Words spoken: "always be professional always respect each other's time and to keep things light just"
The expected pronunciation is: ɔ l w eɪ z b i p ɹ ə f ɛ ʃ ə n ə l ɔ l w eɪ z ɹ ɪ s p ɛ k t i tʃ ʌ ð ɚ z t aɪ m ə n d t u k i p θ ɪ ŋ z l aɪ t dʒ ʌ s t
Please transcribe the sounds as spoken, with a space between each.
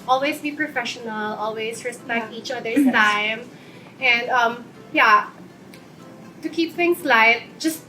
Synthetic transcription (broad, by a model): ɔ l w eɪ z b i p ɹ ə f ɛ ʃ ə n ə l ɔ l w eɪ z ɹ ɪ s p ɛ k t i tʃ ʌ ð ɚ t aɪ m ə n d t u k i p θ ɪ ŋ s l aɪ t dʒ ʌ s t